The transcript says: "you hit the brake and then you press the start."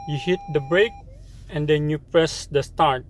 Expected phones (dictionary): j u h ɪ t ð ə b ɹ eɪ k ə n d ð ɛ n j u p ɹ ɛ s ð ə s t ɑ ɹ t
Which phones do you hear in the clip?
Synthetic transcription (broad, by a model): j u h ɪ t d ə b ɹ eɪ k ə n d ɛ n j u p ɹ ɛ s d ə s t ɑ ɹ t